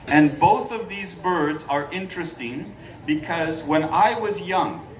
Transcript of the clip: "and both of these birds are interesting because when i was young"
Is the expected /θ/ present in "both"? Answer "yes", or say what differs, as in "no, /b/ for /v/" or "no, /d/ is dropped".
yes